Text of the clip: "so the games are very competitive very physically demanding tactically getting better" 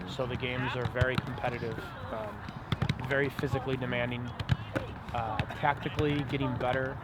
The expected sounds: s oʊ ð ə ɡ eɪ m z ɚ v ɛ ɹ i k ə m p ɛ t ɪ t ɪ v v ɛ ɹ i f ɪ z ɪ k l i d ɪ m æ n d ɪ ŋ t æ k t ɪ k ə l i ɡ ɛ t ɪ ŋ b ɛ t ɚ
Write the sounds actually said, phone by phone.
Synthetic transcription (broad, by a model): s oʊ ð ə ɡ eɪ m z ɚ v ɛ ɹ i k m p ɛ t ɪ t ɪ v v ɛ ɹ i f ɪ z ɪ k l i d ɪ m æ n d ɪ ŋ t æ k t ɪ k l i ɡ ɛ t ɪ ŋ b ɛ t ɚ